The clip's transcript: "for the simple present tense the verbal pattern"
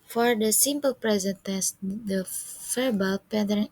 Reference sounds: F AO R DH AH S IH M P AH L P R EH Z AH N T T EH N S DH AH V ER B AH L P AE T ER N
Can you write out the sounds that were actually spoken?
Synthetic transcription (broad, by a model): F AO R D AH S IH M P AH L P R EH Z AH N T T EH S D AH F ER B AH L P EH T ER